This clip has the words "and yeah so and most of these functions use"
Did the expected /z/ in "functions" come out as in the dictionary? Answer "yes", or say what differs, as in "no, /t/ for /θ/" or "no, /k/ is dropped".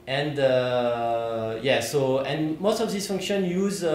no, /z/ is dropped